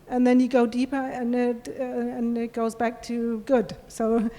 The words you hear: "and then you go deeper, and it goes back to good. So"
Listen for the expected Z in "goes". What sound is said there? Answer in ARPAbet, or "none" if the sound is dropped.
Z